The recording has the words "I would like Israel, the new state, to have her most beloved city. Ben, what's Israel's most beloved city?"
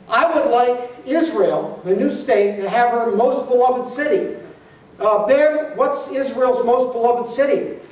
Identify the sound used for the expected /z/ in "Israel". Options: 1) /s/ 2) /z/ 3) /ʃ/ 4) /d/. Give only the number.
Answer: 2